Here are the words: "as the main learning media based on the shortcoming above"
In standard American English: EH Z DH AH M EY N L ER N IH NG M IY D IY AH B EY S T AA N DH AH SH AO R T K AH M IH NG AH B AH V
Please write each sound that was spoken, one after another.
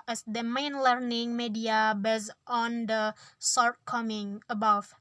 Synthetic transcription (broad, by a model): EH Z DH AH M EY N L ER N IH NG M IY D IY AH B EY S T AA N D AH S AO R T K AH M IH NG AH B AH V